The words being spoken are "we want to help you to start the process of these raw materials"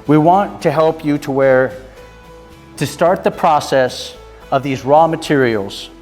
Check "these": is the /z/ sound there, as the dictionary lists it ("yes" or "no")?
yes